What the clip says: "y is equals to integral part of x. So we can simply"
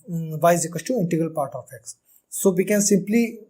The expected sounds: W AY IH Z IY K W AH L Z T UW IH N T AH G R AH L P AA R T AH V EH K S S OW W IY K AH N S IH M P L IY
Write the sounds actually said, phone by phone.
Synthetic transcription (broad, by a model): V AY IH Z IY K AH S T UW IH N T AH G AH L P AA R T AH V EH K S S OW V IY K AH N S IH M P L IY